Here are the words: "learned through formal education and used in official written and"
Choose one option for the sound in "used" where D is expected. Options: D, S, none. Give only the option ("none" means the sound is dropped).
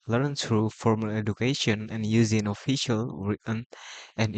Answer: none